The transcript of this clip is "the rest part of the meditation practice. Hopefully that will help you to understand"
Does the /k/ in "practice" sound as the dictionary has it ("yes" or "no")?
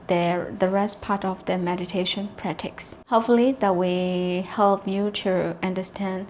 no